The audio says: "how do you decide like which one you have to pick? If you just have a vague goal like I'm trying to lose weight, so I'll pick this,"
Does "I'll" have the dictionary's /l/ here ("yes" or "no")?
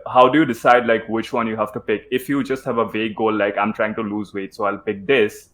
yes